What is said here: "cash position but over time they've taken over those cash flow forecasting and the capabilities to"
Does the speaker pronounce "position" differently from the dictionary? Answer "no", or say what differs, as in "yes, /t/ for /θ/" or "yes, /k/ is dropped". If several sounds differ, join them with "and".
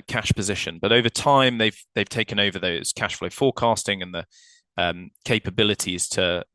no